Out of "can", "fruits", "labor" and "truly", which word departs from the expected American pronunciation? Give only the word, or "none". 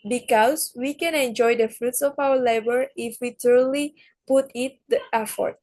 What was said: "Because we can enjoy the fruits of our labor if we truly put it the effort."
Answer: truly